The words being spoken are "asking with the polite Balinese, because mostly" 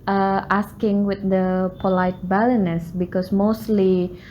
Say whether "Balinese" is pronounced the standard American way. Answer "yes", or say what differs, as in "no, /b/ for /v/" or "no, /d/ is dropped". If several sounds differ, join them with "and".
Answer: no, /s/ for /z/